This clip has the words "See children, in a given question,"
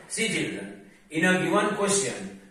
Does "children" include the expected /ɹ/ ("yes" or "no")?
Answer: no